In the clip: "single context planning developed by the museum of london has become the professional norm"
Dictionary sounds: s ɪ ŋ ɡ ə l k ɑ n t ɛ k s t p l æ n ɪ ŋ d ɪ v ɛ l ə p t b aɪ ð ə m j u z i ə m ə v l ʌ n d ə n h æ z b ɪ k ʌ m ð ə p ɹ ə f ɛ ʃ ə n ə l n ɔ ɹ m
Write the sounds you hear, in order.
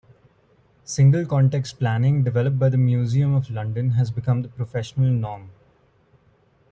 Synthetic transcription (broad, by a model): s ɪ ŋ ɡ ə l k ɑ n t ɛ k s t p l æ n ɪ ŋ d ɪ v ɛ l ə p b aɪ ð ə m j u z i ə m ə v l ʌ n d ə n h æ z b ɪ k ʌ m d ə p ɹ ə f ɛ ʃ ə n ə l n ɔ ɹ m